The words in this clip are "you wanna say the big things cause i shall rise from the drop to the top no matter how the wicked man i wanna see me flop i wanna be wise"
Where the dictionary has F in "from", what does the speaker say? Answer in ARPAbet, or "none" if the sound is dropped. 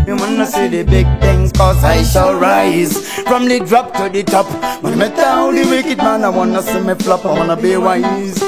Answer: P